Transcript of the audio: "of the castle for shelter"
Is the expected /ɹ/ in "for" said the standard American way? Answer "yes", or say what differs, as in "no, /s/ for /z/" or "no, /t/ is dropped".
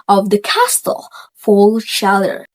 no, /l/ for /ɹ/